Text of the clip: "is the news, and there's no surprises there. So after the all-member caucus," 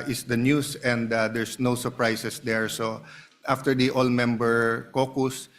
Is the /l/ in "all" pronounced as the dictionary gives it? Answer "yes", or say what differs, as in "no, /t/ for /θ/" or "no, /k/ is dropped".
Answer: yes